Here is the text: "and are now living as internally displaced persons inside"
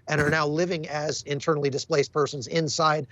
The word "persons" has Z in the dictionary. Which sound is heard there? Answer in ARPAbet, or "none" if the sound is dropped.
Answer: Z